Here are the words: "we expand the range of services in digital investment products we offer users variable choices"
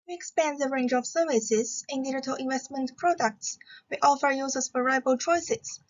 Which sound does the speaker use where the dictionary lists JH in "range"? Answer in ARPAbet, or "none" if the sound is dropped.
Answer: JH